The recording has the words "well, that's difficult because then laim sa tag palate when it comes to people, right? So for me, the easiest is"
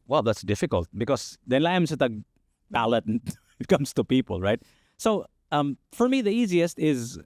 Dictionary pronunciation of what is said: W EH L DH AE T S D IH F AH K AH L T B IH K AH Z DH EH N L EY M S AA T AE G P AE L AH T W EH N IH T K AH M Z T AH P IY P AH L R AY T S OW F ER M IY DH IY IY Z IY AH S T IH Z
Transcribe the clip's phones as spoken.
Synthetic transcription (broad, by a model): W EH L DH AE T S D IH F AH K AH L T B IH K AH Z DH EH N L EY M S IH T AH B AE L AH T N IH T K AH M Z T AH P IY P AH L R AY T S OW F ER M IY DH IY IY Z IY AH S T IH Z